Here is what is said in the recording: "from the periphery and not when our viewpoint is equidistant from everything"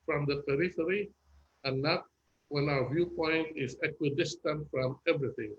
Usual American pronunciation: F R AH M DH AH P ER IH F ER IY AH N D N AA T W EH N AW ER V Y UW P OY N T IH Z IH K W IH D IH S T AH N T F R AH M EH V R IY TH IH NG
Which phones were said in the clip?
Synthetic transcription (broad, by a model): F R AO M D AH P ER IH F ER IY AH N N AA T W EH N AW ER V Y UW P OY N T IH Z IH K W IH D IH S T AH N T F R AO M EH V R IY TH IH NG